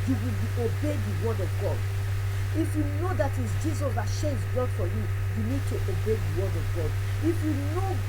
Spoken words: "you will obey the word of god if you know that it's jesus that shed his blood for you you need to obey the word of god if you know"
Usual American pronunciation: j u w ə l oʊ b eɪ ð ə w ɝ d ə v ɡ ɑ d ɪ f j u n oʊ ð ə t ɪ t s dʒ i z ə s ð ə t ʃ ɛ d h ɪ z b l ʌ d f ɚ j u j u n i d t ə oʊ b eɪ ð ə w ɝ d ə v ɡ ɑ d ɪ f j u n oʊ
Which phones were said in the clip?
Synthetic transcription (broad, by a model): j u w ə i oʊ b eɪ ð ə w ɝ d ə v ɡ ɑ d ɪ f j u n oʊ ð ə t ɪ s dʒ i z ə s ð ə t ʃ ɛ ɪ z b ʌ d f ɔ j u j u n i d t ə oʊ b eɪ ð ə w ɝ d ə v ɡ ɑ d ɪ f j u n oʊ